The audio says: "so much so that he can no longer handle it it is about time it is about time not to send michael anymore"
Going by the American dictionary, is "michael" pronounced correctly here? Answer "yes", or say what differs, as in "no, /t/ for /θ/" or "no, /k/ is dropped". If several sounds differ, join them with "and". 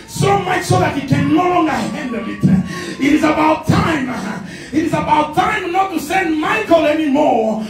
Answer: yes